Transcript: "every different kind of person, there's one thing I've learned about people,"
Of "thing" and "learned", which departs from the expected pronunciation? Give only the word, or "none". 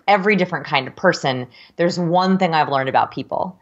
none